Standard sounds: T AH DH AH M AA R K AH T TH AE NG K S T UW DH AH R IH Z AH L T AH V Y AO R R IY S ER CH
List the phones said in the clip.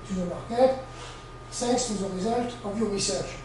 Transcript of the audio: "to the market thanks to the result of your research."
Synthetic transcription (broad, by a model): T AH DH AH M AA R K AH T S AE K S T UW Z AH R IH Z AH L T AH V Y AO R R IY S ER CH